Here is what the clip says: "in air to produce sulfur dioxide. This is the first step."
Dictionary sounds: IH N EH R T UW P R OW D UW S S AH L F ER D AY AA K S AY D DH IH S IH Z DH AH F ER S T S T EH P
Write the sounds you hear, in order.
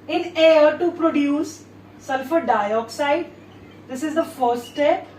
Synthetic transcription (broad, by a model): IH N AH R T UW P R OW D UW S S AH L F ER D AY AA K S AY D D IH S IH Z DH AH F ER T S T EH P